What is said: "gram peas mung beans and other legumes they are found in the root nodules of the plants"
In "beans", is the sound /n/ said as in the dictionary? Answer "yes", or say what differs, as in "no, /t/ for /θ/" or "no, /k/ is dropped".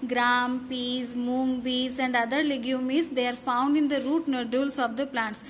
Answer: no, /n/ is dropped